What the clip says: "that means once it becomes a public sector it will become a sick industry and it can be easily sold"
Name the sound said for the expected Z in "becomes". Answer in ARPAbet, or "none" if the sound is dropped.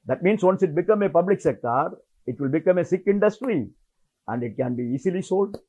none